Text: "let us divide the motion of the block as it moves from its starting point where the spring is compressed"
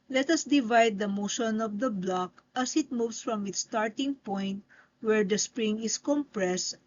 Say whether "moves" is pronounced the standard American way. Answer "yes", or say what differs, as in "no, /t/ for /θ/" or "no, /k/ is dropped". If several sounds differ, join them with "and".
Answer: no, /s/ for /z/